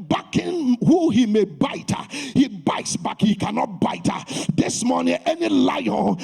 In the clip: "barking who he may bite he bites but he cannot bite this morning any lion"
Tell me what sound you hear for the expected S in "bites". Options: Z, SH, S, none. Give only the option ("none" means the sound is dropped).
S